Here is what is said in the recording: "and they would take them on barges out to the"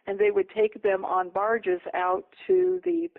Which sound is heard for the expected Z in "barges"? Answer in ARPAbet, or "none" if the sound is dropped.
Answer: Z